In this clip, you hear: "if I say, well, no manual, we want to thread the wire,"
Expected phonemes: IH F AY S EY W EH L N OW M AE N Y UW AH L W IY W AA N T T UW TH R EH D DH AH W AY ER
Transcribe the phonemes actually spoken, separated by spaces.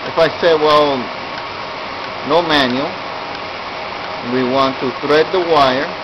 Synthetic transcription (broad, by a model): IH F AY S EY W EH L N OW M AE N Y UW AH L W IY W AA N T T UW TH R EH D DH AH W AY ER